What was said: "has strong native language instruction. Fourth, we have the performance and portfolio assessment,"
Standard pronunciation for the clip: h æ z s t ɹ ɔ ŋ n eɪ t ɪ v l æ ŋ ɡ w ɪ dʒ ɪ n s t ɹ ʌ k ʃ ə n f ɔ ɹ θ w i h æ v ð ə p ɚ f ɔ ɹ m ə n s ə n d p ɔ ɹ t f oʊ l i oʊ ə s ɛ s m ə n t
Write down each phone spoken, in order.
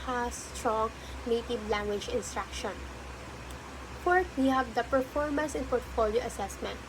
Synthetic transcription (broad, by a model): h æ s t ɹ ɔ ŋ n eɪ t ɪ b l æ ŋ ɡ w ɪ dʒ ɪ n s t ɹ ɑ k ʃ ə n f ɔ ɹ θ w i h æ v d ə p ɚ f ɔ ɹ m ə n s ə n p ɔ ɹ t f oʊ l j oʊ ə s ɛ s m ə n t